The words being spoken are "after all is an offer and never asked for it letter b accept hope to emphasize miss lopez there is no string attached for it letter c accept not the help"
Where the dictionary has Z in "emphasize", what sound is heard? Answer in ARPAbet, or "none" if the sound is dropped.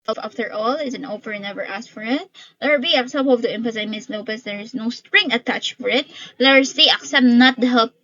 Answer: none